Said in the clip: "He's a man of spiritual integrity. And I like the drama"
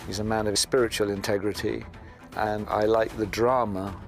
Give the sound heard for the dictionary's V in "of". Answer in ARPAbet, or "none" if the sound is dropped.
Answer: V